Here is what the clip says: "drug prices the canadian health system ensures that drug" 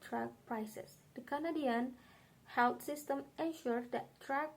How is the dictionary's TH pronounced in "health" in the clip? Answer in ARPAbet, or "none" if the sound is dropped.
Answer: T